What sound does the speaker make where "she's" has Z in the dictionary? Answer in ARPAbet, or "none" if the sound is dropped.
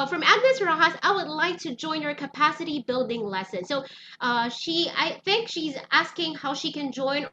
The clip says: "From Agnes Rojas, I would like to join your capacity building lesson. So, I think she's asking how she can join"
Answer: Z